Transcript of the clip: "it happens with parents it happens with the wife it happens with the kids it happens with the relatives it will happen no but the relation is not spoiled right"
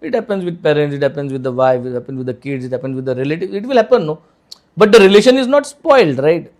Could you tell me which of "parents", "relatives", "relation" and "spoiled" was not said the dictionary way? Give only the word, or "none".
relatives